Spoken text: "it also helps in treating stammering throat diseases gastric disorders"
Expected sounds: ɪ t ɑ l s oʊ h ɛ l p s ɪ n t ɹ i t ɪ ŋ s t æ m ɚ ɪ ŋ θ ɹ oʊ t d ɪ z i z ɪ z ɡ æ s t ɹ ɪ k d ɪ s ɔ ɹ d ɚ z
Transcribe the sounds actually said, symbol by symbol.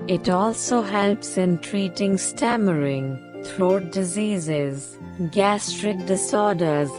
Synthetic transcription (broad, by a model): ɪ t ɑ l s oʊ h ɛ l p s ɪ n t ɹ i t ɪ ŋ s t æ m ɚ ɪ ŋ t ɹ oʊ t d ɪ z i z ɪ z ɡ æ s t ɹ ɪ k d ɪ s ɔ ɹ d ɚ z